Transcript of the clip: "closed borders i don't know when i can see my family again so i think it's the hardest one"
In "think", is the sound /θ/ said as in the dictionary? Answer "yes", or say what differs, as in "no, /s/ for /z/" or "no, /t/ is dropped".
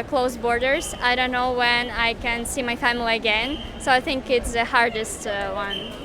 yes